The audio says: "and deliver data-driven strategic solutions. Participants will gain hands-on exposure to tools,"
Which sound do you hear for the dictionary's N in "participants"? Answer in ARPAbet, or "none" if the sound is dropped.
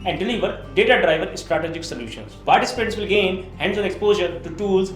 none